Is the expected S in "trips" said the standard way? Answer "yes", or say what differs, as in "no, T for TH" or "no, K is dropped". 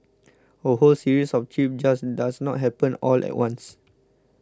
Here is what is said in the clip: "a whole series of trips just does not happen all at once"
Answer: no, S is dropped